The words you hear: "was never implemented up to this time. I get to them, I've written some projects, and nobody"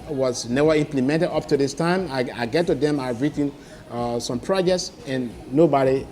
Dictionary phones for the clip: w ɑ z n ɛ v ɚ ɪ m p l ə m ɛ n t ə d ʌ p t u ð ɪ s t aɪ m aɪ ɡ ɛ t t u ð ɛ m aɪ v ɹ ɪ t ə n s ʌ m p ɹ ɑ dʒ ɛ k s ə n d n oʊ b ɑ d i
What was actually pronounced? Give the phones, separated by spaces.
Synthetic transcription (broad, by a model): w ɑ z n ɛ v ɚ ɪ m p l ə m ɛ n t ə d ʌ p t u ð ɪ s t aɪ m aɪ ɡ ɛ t t u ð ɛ m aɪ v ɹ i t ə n s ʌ m p ɹ ɑ dʒ ɛ k s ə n n oʊ b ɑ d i